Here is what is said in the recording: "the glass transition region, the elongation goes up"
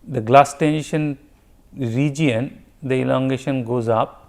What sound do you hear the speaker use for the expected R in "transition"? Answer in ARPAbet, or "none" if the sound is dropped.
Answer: none